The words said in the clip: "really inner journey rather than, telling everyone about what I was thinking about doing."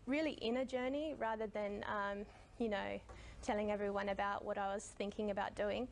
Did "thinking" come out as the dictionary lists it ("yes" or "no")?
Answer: yes